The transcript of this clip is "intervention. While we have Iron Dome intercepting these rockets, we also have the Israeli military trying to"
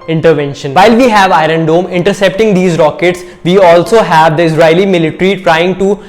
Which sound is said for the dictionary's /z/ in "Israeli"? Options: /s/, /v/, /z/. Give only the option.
/s/